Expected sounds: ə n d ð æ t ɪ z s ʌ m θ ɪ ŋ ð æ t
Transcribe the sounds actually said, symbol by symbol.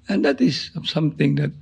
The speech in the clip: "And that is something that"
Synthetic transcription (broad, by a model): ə n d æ t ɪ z s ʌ m t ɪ ŋ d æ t